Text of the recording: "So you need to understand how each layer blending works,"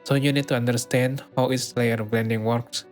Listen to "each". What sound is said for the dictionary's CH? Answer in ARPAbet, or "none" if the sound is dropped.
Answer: S